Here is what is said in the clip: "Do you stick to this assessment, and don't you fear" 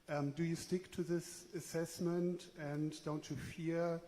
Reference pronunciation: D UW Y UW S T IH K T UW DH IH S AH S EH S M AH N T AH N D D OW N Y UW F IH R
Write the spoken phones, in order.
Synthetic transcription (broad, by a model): D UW Y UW S T IH K T UW DH IH S AH S EH S M AH N T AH N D D OW N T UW F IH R